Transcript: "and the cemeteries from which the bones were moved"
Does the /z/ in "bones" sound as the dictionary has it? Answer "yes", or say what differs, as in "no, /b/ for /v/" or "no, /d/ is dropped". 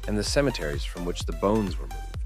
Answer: yes